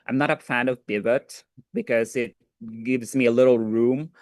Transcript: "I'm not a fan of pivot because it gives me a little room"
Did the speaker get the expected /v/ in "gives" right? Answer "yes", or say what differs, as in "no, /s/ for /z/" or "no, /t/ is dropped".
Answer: yes